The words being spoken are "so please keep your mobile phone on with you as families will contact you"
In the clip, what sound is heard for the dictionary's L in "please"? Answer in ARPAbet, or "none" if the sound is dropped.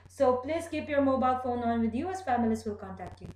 L